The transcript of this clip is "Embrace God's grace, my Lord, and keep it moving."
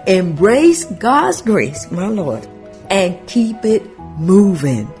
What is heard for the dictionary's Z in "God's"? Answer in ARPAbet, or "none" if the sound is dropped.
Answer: Z